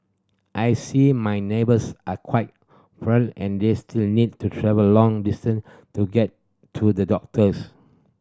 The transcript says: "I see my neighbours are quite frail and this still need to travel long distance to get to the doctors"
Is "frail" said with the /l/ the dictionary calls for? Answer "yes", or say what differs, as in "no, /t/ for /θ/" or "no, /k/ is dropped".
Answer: no, /n/ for /l/